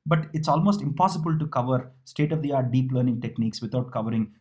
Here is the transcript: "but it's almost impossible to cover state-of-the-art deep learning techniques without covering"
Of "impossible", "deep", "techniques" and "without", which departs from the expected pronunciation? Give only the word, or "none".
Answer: without